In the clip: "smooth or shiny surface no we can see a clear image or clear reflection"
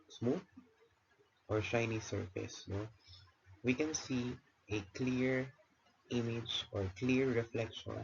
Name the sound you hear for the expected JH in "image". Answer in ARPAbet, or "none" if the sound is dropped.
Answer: JH